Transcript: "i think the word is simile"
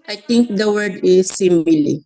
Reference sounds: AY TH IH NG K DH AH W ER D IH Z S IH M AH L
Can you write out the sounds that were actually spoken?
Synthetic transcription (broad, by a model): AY T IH NG K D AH W ER D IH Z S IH M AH L